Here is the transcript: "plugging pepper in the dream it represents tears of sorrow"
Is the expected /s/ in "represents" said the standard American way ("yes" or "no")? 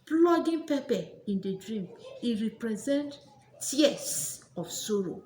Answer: no